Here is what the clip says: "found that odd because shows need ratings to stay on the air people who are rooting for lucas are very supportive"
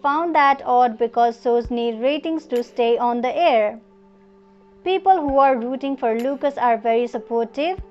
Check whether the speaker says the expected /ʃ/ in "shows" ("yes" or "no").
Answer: no